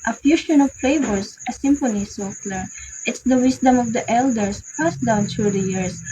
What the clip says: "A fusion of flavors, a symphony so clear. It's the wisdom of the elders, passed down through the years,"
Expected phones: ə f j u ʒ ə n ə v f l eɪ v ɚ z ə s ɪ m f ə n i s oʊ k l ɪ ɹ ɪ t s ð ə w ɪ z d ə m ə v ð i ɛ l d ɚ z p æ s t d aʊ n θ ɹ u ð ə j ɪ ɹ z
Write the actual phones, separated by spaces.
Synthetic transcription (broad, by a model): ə f j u ʃ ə n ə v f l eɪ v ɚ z ə s ɪ m f ə n i s oʊ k l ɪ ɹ ɪ t s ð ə w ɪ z d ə m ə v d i ɛ l d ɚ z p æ s d aʊ n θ ɹ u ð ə j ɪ ɹ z